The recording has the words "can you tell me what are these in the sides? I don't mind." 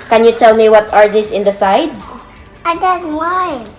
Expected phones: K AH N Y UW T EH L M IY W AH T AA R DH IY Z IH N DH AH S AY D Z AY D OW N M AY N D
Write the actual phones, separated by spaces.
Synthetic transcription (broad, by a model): K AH N Y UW T EH L M IY W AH T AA R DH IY S IH N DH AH S AY D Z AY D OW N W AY